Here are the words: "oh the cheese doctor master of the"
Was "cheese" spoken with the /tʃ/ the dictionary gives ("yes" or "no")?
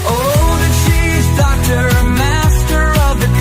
no